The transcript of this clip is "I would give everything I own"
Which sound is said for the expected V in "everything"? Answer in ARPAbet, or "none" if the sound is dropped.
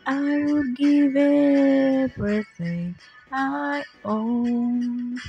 B